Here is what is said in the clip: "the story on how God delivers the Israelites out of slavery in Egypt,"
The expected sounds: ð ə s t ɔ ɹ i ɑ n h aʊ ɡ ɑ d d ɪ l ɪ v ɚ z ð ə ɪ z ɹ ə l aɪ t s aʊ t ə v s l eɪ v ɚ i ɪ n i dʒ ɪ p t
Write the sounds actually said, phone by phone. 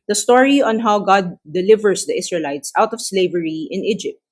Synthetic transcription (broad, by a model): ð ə s t ɔ ɹ i ɑ n h aʊ ɡ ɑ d d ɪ l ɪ v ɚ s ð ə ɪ s ɹ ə l aɪ t s aʊ t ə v s l eɪ v ɚ i ɪ n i dʒ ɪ p t